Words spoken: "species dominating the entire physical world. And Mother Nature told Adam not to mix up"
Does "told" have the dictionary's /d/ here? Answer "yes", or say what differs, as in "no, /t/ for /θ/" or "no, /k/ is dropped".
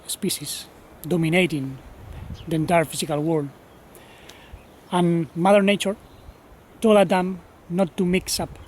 no, /d/ is dropped